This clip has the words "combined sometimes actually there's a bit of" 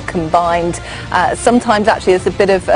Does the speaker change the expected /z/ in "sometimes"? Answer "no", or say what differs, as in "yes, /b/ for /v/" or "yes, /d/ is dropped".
no